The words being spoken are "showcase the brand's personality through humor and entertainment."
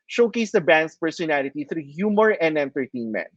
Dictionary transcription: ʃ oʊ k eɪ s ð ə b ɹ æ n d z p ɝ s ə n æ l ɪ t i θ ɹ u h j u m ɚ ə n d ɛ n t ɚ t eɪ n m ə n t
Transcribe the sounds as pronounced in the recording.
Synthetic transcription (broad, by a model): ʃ oʊ k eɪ s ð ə b æ n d s p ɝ s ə n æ l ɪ t i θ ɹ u h j u m ɚ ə n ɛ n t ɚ t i n m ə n